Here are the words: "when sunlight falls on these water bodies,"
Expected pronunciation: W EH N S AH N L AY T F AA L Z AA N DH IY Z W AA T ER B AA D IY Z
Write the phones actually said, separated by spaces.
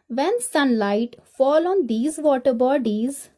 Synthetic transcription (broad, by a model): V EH N S AH N L AY T F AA L AA N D IY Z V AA T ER B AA D IY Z